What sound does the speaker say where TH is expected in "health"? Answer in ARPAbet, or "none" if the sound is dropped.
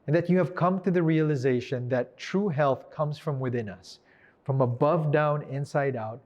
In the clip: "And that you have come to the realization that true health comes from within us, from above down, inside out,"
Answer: TH